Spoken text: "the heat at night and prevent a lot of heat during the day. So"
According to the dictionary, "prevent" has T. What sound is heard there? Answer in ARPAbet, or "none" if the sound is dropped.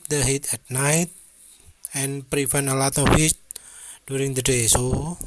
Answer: none